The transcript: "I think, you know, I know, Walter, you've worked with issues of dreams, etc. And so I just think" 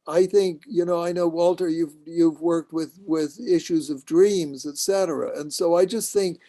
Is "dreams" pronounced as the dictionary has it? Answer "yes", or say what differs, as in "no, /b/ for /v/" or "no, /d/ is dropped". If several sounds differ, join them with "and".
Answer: yes